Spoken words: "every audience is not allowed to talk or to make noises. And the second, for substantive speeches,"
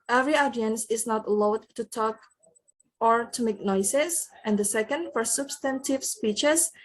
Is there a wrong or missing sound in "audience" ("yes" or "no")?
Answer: no